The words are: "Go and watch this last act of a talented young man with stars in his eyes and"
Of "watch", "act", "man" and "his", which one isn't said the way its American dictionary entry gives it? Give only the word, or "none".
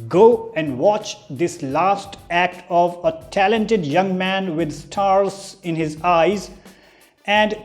none